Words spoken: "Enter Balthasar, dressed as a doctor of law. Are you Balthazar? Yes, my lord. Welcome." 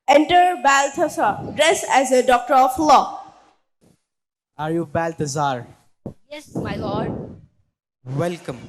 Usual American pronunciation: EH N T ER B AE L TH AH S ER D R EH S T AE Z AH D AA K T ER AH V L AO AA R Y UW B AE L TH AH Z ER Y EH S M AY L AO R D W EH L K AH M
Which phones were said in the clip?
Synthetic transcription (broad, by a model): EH N T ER B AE L T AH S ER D R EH S AE Z AH D AA K T ER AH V L AO AA R Y UW B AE L T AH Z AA Y EH S M AY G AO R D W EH L K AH M